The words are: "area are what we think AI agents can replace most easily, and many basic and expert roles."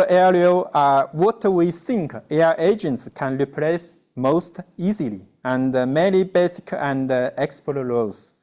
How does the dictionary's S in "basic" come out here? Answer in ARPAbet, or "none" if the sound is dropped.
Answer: S